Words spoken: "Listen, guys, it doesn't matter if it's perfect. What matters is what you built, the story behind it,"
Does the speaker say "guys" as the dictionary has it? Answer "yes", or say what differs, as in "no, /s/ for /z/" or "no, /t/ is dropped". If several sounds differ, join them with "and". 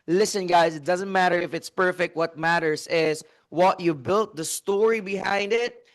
no, /s/ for /z/